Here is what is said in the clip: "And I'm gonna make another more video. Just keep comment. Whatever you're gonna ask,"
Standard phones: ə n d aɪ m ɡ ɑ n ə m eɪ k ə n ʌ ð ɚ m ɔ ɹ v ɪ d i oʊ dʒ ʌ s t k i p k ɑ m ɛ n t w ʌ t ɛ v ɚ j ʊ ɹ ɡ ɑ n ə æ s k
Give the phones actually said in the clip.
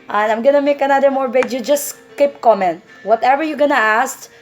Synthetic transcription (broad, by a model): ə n aɪ m ɡ ɑ n ə m eɪ k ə n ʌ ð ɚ m ɔ ɹ b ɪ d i dʒ ʌ s t k i p k ɑ m ɛ n t w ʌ t ɛ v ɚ j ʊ ɡ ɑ n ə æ s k